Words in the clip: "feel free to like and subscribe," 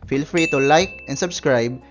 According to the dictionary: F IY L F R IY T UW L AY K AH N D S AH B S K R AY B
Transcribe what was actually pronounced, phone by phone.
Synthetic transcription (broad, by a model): F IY L F R IY T UW L AY K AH N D S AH B S K R AY B